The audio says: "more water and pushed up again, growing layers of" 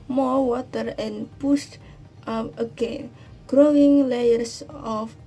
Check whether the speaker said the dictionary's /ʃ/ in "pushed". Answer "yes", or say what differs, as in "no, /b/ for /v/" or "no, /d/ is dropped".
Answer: no, /s/ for /ʃ/